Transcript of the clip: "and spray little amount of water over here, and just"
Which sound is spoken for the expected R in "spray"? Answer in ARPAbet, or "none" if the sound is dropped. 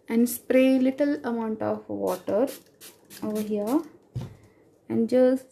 R